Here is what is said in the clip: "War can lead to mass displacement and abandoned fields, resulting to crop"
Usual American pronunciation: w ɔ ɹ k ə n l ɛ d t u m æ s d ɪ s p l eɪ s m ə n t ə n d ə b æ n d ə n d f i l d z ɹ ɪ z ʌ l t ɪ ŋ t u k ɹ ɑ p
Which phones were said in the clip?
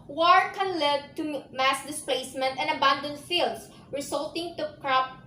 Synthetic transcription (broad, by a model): w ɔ ɹ k ə n l ɛ d t u m æ s d ɪ s p l eɪ s m ə n t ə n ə b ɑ n d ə n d f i l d s ɹ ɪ s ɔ l t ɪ ŋ t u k ɹ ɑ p